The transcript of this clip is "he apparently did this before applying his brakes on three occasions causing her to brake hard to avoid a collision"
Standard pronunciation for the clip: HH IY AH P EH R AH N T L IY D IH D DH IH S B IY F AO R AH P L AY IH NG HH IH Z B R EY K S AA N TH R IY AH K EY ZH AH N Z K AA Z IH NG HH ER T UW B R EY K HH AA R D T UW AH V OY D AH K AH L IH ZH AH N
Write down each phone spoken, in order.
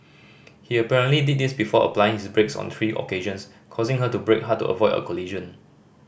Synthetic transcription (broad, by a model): HH IY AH P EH R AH N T L IY D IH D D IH S B IY F AO AH P L AY IH NG HH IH S B R EY K S AA N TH R IY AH K EY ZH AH N S K AA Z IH NG HH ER T UW B R EY K HH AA T UW AH V OY D AH K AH L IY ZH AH N